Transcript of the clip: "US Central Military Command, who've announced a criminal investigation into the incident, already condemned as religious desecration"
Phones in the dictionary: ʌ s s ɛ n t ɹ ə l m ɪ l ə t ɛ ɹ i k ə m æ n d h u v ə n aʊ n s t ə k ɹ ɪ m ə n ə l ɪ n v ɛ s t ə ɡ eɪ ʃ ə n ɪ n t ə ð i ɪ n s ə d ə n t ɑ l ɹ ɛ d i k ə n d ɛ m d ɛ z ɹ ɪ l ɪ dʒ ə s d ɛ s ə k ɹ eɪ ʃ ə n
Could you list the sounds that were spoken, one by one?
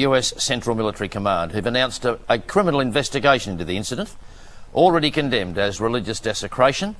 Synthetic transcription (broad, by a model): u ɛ s ɛ n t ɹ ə l m ɪ l ə t ɛ ɹ i k ə m æ n d h u v ə n aʊ n s t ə k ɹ ɪ m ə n l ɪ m v ɛ s t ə ɡ eɪ ə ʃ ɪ n t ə ð i ɪ n s ə d ə n t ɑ l ɹ ɛ d i k ə n d ɛ m d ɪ z ɹ ɪ l ɪ dʒ ə s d ɛ s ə k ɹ eɪ ʃ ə n